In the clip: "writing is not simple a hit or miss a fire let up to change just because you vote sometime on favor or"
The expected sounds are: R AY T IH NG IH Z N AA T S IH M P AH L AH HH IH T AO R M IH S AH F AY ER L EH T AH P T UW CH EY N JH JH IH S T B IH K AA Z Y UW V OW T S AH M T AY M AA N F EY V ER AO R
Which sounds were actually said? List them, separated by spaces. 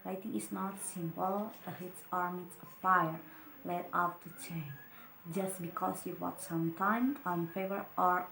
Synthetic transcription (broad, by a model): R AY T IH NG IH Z N AA T S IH M P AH L AH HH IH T AO R M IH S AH F AY ER L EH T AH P T UW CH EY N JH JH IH S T B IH K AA S Y UW W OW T S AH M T AY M AA N F EY V ER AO R